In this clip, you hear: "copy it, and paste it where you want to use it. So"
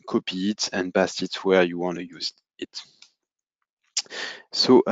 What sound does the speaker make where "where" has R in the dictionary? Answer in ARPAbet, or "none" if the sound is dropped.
R